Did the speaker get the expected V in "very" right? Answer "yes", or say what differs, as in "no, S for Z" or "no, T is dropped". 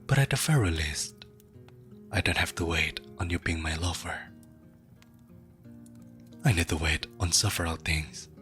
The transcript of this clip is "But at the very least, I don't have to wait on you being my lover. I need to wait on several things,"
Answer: no, F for V